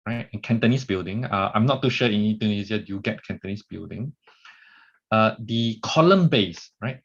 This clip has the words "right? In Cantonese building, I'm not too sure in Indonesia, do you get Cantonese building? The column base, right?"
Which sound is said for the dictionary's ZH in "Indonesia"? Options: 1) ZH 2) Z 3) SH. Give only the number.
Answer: 2